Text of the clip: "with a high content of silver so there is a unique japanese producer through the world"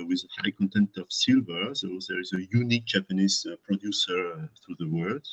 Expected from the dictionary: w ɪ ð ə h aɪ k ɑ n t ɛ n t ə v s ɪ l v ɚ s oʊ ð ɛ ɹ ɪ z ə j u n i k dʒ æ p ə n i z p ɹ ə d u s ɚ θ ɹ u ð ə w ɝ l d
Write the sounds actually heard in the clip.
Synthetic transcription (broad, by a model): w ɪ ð ə h aɪ k ɑ n t ɛ n t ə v s ɪ l v ɚ s oʊ ð ɛ ɹ ɪ z ə j u n i k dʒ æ p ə n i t p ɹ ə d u s ɚ θ ɹ u ð ə w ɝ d